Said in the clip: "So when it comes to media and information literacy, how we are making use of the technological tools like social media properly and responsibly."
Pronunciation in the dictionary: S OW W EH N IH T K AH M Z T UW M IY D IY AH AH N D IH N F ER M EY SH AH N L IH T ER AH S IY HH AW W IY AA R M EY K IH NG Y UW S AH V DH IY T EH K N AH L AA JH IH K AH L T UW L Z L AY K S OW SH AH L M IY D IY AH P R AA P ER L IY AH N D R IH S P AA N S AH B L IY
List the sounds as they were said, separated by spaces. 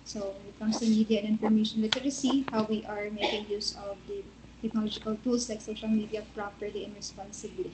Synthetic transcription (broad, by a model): S OW W EH N IH T K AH M S T UW M IY D IY AH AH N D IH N F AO M EY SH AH N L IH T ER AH S IY HH AW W IY AA R M EY K IH NG Y UW S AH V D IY T EH K N AH L AA JH IH K AH L T UW L S L AY K S OW SH AH L M IY D IY AH P R AA P ER L IY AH N R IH S P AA N S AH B L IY